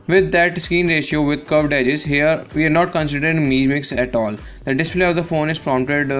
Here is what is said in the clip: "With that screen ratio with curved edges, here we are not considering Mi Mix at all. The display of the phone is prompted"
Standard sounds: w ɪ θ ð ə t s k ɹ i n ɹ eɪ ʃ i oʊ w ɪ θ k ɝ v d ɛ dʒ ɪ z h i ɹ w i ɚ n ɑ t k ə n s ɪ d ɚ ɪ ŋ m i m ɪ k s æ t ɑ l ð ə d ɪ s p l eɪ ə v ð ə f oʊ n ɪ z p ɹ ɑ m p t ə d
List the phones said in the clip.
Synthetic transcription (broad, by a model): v ɪ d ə t s k i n ɹ eɪ ʃ i oʊ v ɪ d k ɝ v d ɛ dʒ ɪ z h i ɹ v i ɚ n ɑ t k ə n s ɪ d ɚ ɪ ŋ m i m ɪ k s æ t ɑ l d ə d ɪ s p l eɪ ə v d ə f oʊ n ɪ z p ɹ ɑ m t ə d